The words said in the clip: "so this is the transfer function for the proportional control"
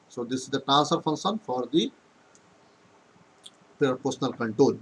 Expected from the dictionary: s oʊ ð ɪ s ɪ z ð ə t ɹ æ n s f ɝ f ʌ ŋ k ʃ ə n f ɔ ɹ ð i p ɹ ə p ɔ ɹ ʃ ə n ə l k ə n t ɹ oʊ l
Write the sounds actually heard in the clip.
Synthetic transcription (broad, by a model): s oʊ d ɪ s ɪ z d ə t æ s ɝ f ʌ ŋ k ʃ ə n f ɔ ɹ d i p ɹ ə p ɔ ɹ s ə n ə l k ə n t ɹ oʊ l